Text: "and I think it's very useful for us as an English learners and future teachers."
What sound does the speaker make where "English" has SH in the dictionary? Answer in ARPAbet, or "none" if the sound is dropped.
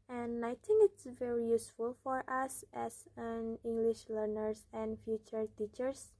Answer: SH